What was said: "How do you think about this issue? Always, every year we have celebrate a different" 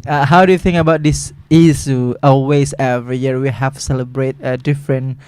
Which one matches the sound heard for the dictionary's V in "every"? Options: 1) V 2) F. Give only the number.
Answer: 1